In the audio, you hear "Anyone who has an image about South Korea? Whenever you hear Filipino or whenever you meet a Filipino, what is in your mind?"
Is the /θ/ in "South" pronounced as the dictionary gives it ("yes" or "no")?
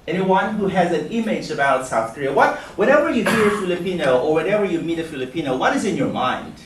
yes